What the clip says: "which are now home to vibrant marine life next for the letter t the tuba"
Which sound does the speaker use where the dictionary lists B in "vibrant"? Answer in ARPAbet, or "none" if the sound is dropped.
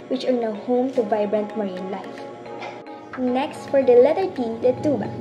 B